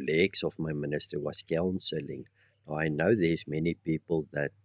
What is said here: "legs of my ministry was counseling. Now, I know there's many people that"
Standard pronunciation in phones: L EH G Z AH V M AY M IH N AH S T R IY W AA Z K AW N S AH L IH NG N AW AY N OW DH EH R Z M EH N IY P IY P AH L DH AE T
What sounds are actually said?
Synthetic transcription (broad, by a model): L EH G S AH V M AY M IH N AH S T IY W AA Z K AW N S AH L IH NG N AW AY N OW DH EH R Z M EH N IY P IY P AH L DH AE T